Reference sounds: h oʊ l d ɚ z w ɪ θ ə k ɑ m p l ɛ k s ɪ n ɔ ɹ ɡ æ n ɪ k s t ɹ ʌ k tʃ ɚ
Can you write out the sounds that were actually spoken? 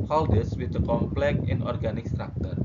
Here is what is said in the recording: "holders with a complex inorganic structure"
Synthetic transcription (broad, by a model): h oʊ l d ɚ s w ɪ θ ə k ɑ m p l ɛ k ɪ n ɔ ɹ ɡ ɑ n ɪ k s t ɹ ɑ k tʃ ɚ